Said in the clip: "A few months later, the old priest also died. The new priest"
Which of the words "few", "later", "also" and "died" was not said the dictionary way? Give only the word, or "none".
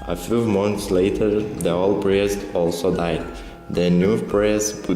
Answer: none